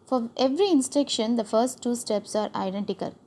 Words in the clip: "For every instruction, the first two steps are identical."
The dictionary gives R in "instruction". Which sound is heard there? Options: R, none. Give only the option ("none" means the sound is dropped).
none